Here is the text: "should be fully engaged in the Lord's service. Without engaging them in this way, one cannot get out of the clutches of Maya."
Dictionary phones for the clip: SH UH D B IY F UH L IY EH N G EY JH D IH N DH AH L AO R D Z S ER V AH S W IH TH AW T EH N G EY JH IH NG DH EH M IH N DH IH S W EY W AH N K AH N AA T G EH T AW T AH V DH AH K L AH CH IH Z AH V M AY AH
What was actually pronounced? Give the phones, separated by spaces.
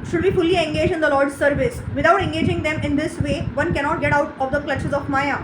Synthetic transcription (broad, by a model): SH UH D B IY F UH L IY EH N G EY JH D IH N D AH L AO R D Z S ER V AH S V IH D AW T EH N G EY JH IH NG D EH M IH N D IH S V EY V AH N K AH N AA T G EH T AW T AH V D AH K L AH CH IH Z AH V M AY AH